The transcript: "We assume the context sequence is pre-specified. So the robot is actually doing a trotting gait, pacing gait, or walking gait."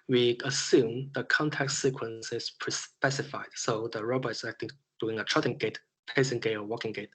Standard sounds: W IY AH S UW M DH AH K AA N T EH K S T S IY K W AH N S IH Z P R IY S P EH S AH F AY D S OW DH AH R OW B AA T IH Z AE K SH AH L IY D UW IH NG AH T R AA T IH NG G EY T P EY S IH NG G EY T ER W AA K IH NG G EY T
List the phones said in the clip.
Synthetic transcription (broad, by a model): W IY AH S UW M DH AH K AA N T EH K T S IY K W AH N S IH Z P R IY S P EH S AH F AY D S OW DH AH R OW B AA T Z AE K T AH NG D UW IH NG AH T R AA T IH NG G EY T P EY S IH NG G EY T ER W AA K IH NG G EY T